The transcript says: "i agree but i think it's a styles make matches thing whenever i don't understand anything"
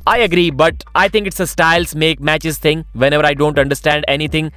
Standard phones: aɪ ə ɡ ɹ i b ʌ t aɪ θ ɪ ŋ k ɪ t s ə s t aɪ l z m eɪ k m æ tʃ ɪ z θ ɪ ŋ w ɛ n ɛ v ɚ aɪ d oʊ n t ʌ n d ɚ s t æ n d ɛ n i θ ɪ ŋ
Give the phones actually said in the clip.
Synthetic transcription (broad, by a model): aɪ ə ɡ ɹ i b ʌ t aɪ t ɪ ŋ k ɪ t s ə s t aɪ l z m eɪ k m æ tʃ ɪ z t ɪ ŋ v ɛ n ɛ v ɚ aɪ d oʊ n t ʌ n d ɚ s t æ n d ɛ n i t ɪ ŋ